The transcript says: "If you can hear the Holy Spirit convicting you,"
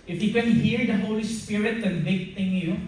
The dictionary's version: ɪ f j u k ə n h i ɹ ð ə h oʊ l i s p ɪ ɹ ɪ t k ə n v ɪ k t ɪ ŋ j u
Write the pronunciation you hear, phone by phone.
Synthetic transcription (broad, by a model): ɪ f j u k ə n h i ɹ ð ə h oʊ l i s p ɪ ɹ ɪ t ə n b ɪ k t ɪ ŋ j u